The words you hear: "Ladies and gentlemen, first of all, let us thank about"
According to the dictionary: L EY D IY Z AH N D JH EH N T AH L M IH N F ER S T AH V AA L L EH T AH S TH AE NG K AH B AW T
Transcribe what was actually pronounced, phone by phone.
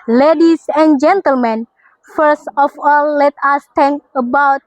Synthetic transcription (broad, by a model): L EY D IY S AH N JH EH N T AH L M IH N F ER S T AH F AA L L EH T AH S T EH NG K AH B AW T